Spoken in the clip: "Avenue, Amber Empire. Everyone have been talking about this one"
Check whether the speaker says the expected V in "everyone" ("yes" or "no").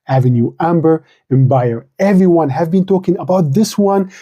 yes